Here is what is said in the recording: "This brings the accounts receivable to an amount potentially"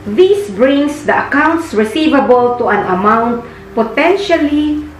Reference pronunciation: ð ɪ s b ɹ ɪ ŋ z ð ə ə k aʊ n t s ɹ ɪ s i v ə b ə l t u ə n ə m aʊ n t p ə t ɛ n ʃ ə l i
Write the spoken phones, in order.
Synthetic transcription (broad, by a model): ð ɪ s b ɹ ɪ ŋ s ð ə ə k aʊ n t s ɹ ɪ s i v ə b ə l t u ə n ə m aʊ n t p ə t ɛ n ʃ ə l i